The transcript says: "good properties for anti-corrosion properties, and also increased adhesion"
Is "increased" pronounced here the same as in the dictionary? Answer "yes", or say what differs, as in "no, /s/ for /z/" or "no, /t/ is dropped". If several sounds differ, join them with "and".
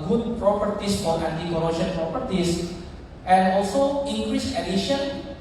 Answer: no, /t/ is dropped